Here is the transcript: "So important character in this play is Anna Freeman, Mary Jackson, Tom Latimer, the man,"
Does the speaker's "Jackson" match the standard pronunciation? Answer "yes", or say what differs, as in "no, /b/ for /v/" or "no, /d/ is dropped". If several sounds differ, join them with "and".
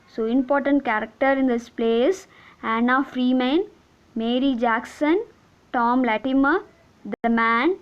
yes